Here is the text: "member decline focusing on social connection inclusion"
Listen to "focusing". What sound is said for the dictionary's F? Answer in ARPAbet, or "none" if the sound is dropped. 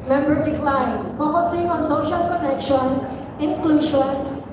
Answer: P